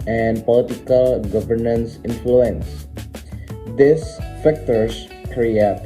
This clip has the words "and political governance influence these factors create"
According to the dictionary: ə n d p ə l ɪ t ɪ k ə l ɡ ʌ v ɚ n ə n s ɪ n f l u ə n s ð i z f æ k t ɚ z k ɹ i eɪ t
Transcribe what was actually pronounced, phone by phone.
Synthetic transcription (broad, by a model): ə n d p ə l ɪ t ɪ k ə l ɡ ʌ v ɚ n ə n s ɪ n f l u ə n s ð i s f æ k t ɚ s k ɹ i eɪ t